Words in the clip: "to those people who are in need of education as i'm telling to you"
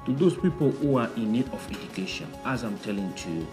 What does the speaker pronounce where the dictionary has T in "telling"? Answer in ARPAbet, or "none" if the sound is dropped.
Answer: T